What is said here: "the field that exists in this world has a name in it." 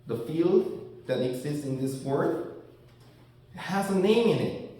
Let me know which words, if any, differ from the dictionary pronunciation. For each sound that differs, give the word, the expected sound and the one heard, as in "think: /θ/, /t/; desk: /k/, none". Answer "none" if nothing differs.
world: /l/, none